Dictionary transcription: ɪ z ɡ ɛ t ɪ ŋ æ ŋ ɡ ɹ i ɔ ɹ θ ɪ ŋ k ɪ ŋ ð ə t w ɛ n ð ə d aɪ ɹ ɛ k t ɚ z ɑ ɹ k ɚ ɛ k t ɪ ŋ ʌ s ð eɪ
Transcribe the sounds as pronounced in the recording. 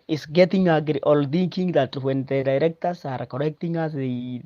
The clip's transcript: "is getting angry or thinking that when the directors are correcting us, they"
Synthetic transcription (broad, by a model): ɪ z ɡ ɛ t ɪ ŋ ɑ ɡ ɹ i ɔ l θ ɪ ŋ k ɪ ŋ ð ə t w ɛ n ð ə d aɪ ɹ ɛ k t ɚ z ɑ ɹ k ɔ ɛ k t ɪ ŋ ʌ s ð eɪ